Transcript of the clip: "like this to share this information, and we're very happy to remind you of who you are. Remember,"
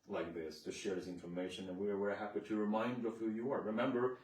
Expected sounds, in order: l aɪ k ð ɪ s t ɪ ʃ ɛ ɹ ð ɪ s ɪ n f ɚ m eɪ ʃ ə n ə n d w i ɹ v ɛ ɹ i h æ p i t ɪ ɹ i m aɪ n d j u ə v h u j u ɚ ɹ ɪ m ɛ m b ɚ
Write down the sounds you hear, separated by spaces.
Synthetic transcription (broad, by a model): l aɪ k ð ɪ s t ɪ ʃ ɛ ɹ ð ɪ s ɪ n f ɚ m eɪ ʃ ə n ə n w i ɹ w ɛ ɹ h æ p i t ɪ ɹ i m aɪ n d ə v h u j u ɚ ɹ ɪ m ɛ m b ɚ